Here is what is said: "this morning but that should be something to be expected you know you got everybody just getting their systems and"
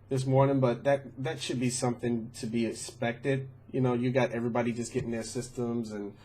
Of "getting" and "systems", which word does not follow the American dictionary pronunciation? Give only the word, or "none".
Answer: none